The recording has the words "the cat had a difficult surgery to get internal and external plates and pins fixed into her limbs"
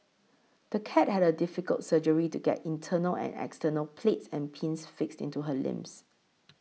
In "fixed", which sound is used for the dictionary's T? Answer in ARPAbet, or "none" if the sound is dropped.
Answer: T